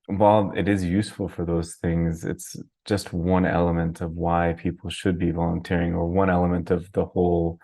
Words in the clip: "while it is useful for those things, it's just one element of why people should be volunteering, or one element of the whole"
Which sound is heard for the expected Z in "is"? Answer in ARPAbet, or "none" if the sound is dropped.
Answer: Z